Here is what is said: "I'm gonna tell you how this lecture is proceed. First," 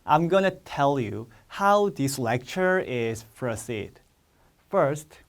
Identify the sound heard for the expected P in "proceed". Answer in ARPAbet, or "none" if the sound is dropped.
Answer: F